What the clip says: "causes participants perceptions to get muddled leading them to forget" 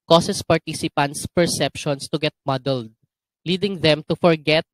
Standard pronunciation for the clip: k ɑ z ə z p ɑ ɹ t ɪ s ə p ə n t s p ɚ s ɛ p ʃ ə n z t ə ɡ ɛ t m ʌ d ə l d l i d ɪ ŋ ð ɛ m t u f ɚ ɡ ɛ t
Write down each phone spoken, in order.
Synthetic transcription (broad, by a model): k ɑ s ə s p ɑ ɹ t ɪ s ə p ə n t s p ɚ s ɛ p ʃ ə n s t ə ɡ ɛ t m ʌ d ə l d l i d ɪ ŋ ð ɛ m t u f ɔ ɡ ɛ t